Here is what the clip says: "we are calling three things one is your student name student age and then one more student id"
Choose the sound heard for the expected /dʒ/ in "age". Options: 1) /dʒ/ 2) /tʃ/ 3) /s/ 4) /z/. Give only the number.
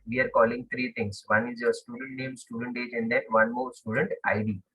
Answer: 1